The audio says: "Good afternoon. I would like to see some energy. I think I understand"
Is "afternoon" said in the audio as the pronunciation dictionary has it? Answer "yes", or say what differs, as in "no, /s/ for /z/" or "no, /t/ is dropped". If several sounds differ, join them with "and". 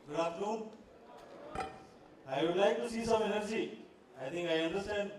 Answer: no, /f/ is dropped